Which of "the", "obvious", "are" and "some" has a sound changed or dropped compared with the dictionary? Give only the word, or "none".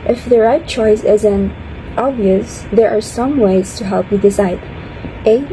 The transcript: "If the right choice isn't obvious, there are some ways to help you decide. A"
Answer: none